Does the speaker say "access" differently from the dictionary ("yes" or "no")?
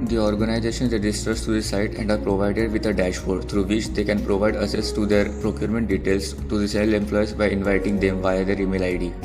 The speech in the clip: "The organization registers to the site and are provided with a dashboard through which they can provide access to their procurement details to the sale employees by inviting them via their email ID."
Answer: yes